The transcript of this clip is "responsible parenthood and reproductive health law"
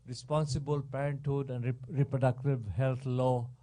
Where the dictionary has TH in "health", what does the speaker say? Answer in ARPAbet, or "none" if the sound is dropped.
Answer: T